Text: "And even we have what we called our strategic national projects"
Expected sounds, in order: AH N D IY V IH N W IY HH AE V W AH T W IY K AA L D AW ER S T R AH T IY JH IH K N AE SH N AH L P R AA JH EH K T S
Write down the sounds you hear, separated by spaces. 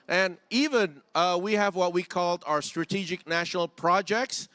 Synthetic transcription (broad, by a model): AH N IY V IH N W IY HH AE V W AH T W IY K AA L D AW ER S T R AH T IY JH IH K N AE SH N L P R AA JH EH K T S